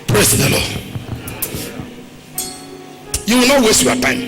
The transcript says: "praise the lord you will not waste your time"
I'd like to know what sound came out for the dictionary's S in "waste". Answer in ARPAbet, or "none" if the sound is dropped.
S